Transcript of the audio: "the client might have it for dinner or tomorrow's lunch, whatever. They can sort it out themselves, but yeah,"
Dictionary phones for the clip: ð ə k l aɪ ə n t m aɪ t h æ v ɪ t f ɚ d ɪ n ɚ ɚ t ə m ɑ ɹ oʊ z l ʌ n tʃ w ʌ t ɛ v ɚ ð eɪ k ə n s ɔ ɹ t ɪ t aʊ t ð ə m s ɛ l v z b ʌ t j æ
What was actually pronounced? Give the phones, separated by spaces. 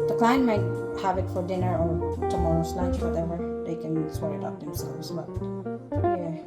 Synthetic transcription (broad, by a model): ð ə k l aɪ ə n m aɪ t h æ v ɪ t f ɚ d ɪ n ɚ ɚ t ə m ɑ ɹ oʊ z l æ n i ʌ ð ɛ w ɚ ð eɪ k ə n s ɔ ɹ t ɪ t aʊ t ð ə m s ɛ l v z b ʌ t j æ